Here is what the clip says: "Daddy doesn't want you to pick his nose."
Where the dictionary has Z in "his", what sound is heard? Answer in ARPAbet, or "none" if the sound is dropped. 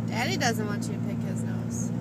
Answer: Z